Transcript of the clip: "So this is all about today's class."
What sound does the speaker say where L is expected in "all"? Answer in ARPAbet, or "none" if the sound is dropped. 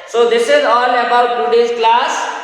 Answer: N